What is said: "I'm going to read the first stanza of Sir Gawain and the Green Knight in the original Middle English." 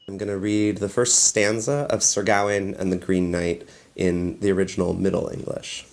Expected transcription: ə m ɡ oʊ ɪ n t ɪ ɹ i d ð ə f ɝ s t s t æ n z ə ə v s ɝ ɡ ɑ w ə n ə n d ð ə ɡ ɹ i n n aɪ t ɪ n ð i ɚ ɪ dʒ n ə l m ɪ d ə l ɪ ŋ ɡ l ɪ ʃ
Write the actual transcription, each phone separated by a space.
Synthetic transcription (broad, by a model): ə m ɡ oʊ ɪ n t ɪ ɹ i d ð ə f ɝ s t s t æ n z ə ə v s ɝ ɡ ɑ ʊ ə n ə n ð ə ɡ ɹ i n n aɪ t ɪ n ð i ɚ ɪ dʒ n l m ɪ d l ɪ ŋ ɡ l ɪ ʃ